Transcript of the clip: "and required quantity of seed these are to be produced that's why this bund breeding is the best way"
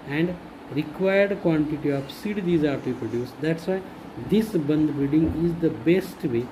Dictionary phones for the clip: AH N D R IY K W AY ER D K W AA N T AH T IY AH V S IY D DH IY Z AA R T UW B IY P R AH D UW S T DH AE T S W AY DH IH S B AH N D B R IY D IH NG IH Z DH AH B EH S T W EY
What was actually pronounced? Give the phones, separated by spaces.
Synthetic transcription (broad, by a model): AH N D R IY K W AY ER D K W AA N T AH T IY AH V S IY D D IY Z AA R T UW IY P R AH D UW S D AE T S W AY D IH S B AH N D B IY D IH NG IH Z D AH B EH S T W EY